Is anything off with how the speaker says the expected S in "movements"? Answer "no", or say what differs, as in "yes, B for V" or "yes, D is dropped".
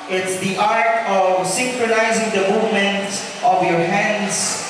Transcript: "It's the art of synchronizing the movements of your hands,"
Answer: yes, S is dropped